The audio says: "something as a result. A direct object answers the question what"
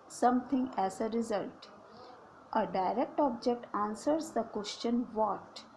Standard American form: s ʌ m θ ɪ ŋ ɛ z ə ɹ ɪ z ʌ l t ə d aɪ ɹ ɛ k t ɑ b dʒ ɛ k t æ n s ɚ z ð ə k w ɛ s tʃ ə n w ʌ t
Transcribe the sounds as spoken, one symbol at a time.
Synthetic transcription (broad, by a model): s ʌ m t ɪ ŋ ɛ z ə ɹ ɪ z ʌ l t ə d aɪ ɹ ɛ k t ɑ b dʒ ɛ k t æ n s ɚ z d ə k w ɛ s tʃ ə n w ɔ t